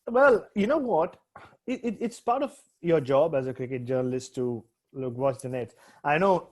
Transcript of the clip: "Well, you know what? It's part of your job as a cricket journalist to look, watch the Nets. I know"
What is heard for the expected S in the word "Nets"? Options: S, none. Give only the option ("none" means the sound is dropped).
none